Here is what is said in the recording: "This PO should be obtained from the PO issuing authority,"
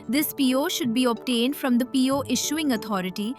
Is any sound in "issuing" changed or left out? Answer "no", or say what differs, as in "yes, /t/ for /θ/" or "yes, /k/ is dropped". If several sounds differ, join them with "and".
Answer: no